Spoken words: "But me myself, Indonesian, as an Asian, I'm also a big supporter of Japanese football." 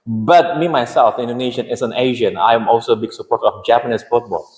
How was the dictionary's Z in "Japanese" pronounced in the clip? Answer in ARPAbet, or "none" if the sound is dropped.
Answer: S